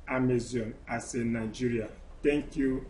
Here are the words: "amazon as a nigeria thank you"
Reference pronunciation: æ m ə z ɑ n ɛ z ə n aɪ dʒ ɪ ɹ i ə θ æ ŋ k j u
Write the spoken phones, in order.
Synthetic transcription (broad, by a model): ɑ m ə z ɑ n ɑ s ə n aɪ dʒ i ɹ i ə t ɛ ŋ k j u